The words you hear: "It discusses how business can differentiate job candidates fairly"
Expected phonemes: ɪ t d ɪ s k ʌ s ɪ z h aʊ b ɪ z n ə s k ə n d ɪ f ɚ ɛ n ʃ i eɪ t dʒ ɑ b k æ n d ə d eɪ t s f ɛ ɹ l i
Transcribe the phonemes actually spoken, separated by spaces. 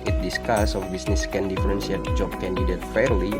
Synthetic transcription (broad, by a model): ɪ t d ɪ s k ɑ s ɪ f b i s n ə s k ə n d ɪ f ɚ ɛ n s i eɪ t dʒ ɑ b k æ n d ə d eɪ t f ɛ ɹ l i